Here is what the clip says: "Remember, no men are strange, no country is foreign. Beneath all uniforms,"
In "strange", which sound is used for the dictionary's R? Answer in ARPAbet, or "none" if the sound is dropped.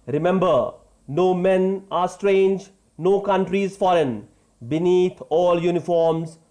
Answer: R